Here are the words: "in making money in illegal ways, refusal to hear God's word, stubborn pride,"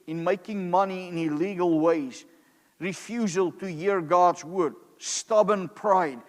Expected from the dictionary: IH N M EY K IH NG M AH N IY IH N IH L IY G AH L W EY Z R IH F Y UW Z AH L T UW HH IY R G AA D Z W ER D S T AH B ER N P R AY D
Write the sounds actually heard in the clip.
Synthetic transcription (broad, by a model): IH N M EY K IH NG M AH N IY IH N IH L IY G AH L W EY Z R IH F Y UW Z AH L T UW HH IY R G AA D Z W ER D S T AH B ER N P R AY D